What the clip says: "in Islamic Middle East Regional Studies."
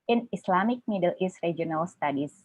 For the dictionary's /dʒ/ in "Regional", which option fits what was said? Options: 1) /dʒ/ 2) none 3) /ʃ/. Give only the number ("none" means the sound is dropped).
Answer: 2